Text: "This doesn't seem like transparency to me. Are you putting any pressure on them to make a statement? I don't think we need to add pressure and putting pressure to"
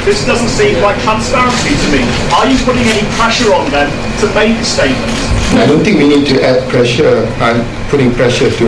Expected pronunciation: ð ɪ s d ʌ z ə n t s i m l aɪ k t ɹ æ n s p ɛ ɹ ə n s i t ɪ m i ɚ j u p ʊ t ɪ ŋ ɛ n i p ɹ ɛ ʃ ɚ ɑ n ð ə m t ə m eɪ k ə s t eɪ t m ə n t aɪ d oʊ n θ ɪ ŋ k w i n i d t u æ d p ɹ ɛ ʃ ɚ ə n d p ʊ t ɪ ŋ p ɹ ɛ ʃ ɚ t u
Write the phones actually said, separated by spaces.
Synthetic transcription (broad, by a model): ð ɪ s d ʌ z ə n t s i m w aɪ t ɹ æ n s p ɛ ɹ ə n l i t ɪ m i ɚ j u p ʊ t ɪ ŋ ɛ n i p ɹ ɛ ʃ ɚ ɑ n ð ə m t ə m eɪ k ə s t eɪ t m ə n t aɪ d oʊ n t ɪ ŋ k w i n i d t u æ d p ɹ ɛ ʃ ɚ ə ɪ p ʊ t ɪ ŋ p ɹ ɛ ʃ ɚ t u